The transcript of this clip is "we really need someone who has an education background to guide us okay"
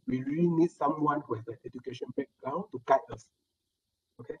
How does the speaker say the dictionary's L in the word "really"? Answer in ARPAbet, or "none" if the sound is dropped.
L